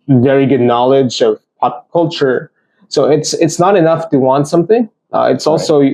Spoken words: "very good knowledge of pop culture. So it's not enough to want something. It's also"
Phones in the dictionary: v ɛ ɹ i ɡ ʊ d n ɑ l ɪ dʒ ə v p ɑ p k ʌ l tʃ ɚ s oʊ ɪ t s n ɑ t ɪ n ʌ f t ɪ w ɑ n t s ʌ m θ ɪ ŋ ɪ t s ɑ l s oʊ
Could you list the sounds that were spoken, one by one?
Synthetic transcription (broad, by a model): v ɛ ɹ i ɡ ʊ d n ɑ l ɪ dʒ ə v p ɑ p k ʌ l tʃ ɚ s oʊ ɪ t s n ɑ t ɪ n ʌ f t ɪ w ɑ n t s ʌ m θ ɪ ŋ ɪ t s ɑ l s oʊ